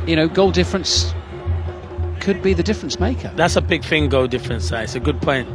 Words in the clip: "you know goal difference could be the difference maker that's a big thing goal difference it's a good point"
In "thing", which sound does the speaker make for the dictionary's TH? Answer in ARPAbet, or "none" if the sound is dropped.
F